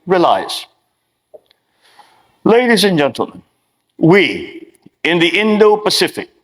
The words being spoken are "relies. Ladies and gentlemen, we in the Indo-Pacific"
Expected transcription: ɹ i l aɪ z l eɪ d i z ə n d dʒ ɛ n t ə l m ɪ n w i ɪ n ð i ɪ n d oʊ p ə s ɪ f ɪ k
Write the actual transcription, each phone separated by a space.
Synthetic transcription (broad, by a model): ɹ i l aɪ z l eɪ d i z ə n dʒ ɛ n t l m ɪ n w i ɪ n ð i ɪ n d oʊ p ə s ɪ f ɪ k